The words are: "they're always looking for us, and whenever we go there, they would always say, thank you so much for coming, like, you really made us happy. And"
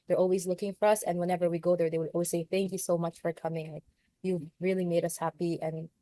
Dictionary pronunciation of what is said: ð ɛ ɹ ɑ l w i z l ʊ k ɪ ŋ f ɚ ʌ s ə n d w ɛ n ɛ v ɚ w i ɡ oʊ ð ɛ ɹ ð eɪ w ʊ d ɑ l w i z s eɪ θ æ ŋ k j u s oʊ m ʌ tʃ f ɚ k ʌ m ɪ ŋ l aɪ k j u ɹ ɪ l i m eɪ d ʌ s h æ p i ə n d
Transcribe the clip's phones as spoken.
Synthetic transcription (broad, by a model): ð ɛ ɹ ɑ l w i z l ʊ k ɪ ŋ f ɚ ʌ s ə n w ɛ n ɛ v ɚ w i ɡ oʊ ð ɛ ɹ ð eɪ w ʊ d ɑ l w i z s eɪ θ æ ŋ k j u s oʊ m ʌ tʃ f ɚ k ʌ m ɪ ŋ l aɪ k j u ɹ ɪ l i m eɪ d ʌ s h æ p i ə n